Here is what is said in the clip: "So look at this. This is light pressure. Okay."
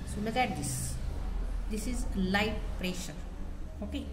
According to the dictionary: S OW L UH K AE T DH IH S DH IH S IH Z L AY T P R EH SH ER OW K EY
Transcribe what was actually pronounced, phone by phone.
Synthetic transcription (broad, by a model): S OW N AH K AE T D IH S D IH S IH Z L AY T P R EH SH ER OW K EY